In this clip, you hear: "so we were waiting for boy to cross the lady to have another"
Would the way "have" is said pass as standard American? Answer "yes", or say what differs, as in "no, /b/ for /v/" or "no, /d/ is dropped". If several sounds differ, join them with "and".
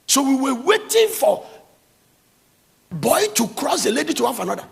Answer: no, /f/ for /v/